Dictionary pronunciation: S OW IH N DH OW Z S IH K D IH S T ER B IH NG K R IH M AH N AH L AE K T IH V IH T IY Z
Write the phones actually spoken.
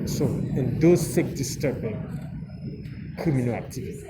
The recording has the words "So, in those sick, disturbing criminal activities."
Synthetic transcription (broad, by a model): S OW IH N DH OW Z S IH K D IH S T ER B IH NG K IH M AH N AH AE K T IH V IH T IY